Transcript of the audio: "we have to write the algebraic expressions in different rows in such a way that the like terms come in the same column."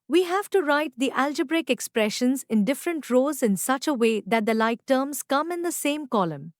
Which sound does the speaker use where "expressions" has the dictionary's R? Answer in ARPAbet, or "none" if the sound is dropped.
R